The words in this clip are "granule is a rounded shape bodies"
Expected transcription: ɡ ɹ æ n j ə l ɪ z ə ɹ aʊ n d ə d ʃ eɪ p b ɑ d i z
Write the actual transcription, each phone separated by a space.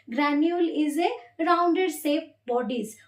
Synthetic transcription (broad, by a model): ɡ ɹ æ n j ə l ɪ z ə ɹ aʊ n d ə d s eɪ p b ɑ d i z